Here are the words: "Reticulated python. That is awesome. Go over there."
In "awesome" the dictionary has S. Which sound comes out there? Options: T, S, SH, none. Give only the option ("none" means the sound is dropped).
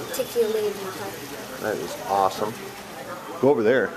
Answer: S